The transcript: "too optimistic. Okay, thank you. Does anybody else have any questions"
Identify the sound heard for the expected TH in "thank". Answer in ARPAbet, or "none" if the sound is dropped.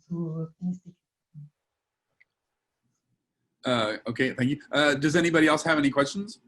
TH